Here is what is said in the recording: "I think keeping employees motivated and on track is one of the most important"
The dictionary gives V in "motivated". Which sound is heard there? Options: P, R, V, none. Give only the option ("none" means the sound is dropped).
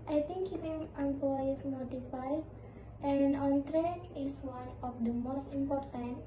P